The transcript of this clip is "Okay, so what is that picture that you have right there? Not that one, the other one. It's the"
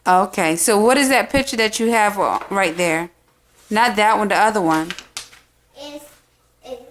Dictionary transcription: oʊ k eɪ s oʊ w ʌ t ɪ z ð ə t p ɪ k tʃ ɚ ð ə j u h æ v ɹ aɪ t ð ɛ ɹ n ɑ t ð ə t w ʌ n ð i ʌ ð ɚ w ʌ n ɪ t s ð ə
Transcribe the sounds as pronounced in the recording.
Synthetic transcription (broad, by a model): oʊ k eɪ s oʊ w ʌ t ɪ z ð ə t p ɪ k tʃ ɚ ð ə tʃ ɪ v ɹ aɪ t ð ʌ ɹ n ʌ t ð ə t w ʌ n ð i ʌ ð ɚ w ʌ n